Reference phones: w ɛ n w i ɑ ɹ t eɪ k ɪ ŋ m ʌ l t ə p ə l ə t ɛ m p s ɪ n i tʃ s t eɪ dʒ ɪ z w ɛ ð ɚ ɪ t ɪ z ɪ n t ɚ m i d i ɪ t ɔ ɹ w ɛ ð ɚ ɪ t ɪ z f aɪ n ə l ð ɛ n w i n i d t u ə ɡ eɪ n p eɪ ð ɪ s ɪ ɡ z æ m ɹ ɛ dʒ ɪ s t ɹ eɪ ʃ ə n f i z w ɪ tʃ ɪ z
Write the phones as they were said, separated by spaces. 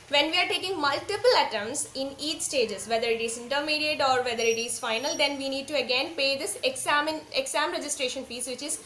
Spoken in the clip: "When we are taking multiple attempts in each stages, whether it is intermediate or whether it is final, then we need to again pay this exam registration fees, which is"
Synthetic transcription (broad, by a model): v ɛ n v i ɑ ɹ t eɪ k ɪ ŋ m ʌ l t ə p ə l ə t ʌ m s ɪ n i tʃ s t eɪ dʒ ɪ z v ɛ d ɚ ɪ t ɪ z ɪ n t ɚ m i d i ɪ t ɔ ɹ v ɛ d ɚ ɪ t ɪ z f aɪ n ə l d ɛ n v i n i d t u ə ɡ eɪ n p eɪ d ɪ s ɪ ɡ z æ m ɹ ɛ dʒ ɪ s t ɹ eɪ ʃ ə n p i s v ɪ tʃ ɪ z